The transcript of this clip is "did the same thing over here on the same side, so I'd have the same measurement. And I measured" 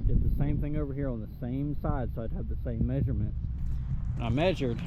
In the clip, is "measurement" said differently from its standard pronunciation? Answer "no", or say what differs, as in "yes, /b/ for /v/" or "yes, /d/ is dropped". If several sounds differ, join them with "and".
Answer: no